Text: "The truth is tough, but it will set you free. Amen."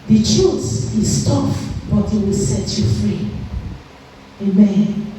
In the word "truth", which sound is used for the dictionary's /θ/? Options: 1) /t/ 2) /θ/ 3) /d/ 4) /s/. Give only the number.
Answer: 4